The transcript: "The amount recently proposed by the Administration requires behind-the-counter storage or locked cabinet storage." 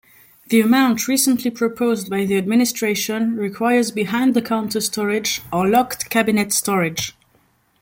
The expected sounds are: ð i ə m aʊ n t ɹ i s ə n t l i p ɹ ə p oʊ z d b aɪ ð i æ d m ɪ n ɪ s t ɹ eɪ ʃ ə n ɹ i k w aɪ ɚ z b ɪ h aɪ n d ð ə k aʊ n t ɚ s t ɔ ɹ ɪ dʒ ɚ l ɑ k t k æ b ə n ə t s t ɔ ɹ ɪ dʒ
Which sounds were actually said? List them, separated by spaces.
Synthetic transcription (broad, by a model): ð i ə m aʊ n t ɹ i s ə n t l i p ɹ ə p oʊ z d b aɪ ð i æ d m ɪ n ɪ s t ɹ eɪ ʃ ə n ɹ i k w aɪ ɚ z b ɪ h aɪ n d ð ə k aʊ n t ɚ s t ɔ ɹ ɪ dʒ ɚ l ɑ k t k æ b ə n ə t s t ɔ ɹ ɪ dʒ